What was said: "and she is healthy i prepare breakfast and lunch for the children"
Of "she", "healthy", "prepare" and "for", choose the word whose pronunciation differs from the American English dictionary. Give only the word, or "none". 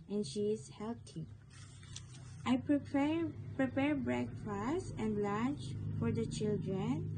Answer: healthy